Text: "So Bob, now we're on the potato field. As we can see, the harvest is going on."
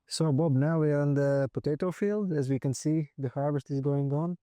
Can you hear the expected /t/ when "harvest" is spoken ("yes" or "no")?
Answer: yes